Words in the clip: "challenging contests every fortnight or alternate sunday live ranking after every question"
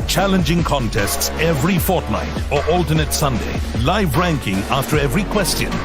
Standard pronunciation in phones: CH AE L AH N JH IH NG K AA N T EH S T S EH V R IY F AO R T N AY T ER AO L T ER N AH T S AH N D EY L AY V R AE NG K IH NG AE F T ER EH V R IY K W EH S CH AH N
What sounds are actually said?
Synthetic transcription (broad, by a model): CH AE L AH N JH IH NG K AA N T EH S T S EH V R IY F AO R T N AY T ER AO L T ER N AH T S AH N D EY L AY V R AE NG K IH NG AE F T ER EH V R IY K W EH S CH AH N